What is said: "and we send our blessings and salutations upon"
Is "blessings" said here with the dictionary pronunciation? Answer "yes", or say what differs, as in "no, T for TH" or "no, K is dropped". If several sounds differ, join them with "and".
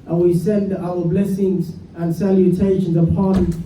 yes